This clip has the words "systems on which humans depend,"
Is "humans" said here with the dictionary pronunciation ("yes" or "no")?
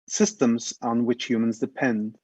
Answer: yes